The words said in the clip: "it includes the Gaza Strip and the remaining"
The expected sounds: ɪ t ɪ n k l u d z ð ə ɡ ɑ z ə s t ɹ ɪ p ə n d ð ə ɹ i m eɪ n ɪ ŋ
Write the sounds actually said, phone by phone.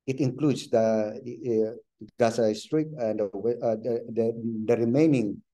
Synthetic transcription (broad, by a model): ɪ t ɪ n k l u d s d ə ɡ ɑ s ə s t ɹ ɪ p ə n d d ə ɹ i m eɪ n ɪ ŋ